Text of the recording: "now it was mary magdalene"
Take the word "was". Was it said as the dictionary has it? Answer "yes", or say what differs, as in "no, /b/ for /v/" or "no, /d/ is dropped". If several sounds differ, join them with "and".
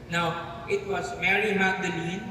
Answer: no, /s/ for /z/